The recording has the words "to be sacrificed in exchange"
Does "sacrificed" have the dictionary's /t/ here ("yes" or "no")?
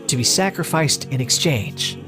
yes